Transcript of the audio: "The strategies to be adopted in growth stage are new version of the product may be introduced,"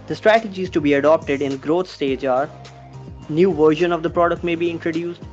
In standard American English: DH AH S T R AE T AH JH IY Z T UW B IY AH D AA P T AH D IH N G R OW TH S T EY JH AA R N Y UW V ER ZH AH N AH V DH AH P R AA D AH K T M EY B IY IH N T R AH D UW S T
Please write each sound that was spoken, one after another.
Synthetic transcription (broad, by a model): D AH S T R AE T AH JH IY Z T UW B IY AH D AA P T AH D IH N G R OW T S T EY JH AA R N Y UW V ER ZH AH N AH V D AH P R AA D AH K T M EY B IY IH N T R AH D UW S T